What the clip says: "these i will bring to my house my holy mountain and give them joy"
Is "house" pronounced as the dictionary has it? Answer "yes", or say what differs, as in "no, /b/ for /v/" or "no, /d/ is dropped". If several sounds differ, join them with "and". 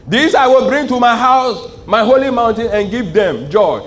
yes